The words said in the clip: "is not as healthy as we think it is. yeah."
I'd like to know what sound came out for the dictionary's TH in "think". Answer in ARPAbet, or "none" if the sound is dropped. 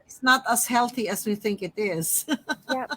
TH